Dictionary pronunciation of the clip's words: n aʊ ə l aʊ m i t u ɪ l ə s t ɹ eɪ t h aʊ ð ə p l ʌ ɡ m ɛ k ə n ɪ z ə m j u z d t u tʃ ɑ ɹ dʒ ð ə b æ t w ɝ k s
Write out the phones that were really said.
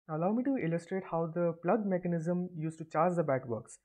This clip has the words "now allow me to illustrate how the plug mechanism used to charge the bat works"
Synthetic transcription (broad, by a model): ə l aʊ m i t u ɪ l ə s t ɹ eɪ t h aʊ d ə p l ʌ ɡ m ɛ k ə n ɪ z ə m j u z t u tʃ ɑ ɹ dʒ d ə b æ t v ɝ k s